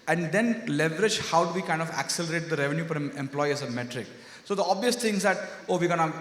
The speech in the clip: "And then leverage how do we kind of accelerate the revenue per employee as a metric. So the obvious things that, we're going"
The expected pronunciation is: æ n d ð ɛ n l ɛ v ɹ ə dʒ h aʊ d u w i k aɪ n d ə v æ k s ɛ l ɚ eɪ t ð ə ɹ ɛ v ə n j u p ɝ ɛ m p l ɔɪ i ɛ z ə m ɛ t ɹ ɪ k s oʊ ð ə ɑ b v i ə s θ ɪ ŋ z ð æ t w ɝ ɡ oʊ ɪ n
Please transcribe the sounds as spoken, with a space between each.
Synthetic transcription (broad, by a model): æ n d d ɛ n l ɛ v ɹ ə dʒ h aʊ d u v i k aɪ n d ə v æ k s ɛ l ɚ eɪ t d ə ɹ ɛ v n j u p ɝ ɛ m p l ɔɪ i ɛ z ə m ɛ t ɹ ɪ k s oʊ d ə ɑ b v i ə s t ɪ ŋ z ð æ t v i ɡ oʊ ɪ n